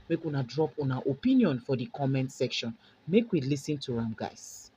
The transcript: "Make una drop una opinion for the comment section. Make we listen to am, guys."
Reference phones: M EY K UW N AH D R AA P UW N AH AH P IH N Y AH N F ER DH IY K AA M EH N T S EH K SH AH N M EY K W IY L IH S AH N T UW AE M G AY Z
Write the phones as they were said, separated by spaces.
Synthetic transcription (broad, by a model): M EY K UW N AH D R AA P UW N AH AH P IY N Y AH N F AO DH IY K AA M EH N T S EH K SH AH N M EY K W IY L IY S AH N T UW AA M G AY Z